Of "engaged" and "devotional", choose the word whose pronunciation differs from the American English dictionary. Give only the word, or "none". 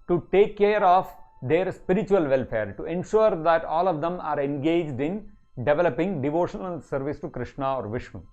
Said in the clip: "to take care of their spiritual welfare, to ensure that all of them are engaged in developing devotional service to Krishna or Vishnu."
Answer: none